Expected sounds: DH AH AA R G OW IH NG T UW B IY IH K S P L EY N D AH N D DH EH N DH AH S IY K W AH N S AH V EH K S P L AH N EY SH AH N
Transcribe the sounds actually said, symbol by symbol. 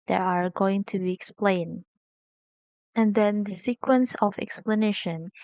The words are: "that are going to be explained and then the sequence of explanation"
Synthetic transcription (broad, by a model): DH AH AA R G OW IH NG T UW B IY K S P L EY N AH N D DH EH N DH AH S IY K W AH N S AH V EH K S P L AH N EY SH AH N